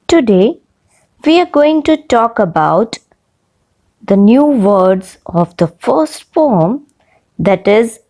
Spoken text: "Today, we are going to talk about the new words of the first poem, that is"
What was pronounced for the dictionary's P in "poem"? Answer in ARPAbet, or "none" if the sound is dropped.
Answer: F